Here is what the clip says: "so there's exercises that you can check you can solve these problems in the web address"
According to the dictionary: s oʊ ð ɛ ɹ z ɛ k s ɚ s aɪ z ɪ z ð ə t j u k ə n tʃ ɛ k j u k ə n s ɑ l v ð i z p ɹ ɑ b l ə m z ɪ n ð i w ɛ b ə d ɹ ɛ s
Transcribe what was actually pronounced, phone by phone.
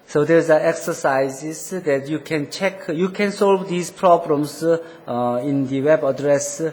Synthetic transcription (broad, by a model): s oʊ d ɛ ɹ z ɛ k s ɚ s aɪ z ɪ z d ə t j u k ə n tʃ ɛ k j u k ə n s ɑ l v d i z p ɹ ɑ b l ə m s ɪ n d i w ɛ b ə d ɹ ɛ s